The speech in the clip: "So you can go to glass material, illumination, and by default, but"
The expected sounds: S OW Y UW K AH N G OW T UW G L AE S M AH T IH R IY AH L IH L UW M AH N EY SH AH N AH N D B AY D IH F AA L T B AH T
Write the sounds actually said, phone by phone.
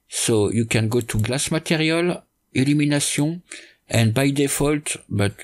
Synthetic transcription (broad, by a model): S OW Y UW K AH N G OW T UW G L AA S M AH T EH R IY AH L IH L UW M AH N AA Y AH AH N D B AY D IH F AA L T B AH T